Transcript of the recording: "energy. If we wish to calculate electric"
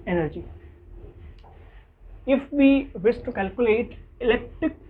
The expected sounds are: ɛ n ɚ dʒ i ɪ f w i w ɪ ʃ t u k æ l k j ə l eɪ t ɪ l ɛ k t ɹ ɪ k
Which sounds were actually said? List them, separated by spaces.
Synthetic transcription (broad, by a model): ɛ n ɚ dʒ i ɪ f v i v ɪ s t u k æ l k j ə l eɪ t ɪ l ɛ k t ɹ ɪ k